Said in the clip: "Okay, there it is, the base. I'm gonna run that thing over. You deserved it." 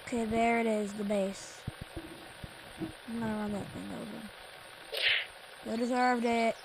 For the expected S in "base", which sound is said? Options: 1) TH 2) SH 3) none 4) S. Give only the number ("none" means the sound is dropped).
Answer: 3